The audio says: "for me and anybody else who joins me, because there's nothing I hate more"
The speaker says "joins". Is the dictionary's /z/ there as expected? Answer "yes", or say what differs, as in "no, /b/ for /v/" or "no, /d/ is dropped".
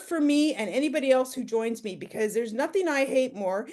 yes